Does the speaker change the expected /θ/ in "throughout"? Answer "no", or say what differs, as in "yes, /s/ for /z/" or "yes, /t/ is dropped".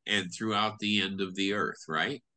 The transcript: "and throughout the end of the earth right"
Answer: no